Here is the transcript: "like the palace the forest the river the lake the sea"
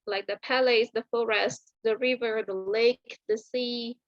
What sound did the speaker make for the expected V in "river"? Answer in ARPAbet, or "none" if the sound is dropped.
V